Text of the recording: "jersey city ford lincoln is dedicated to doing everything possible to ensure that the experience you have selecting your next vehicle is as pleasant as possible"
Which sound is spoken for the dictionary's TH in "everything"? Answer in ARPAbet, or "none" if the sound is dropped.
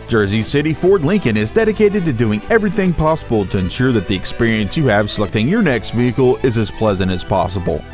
TH